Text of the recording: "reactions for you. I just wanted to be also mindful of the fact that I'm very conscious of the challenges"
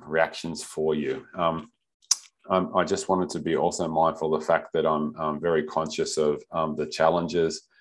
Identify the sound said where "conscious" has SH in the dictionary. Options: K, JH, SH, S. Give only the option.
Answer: SH